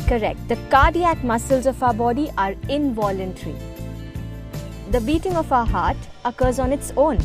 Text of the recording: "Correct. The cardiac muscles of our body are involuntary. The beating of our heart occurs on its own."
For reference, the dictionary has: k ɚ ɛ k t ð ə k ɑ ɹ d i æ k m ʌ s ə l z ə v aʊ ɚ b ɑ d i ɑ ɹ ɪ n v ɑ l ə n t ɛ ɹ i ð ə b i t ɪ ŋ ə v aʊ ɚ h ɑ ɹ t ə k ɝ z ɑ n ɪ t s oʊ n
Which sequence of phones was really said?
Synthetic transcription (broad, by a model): k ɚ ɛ k t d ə k ɑ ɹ d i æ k m ʌ s ə l z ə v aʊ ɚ b ɑ d i ɑ ɹ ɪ n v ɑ l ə n t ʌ ɹ i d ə b i t ɪ ŋ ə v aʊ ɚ h ɑ ɹ t ə k ɝ z ɑ n ɪ t s oʊ n